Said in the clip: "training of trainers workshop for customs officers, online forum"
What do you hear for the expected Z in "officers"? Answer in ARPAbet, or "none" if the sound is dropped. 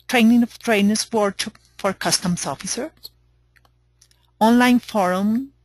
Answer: none